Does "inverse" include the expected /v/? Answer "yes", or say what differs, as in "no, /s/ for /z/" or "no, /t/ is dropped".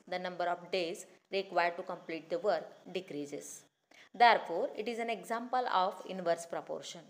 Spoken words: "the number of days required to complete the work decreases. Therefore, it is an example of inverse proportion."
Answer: yes